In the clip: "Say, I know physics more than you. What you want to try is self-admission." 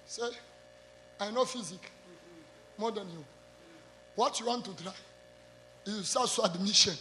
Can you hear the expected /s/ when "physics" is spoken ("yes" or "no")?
no